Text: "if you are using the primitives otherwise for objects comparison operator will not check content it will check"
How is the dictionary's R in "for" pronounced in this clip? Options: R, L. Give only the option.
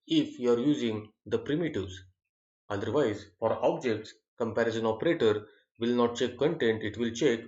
R